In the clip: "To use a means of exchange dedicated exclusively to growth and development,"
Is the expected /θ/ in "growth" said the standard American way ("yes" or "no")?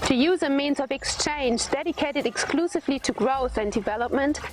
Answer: yes